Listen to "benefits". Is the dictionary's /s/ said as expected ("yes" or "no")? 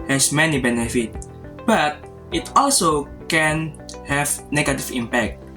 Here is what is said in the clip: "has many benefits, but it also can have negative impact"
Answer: no